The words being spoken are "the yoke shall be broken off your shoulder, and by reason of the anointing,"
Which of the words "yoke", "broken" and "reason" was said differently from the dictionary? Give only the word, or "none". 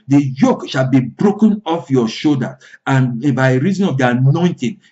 none